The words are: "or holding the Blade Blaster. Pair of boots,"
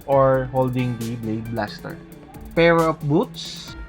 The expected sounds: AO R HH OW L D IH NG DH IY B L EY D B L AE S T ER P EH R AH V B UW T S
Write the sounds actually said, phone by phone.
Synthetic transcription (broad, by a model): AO R HH OW L D IH NG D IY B L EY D B L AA S T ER P EH R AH P B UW T S